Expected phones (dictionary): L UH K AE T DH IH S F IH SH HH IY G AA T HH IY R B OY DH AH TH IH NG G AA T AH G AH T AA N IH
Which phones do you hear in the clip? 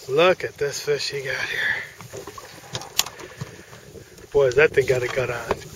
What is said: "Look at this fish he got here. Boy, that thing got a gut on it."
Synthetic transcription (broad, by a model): L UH K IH T DH IH S F IH SH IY G AA T HH IY R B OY DH AH T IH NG G AA T AH G AH T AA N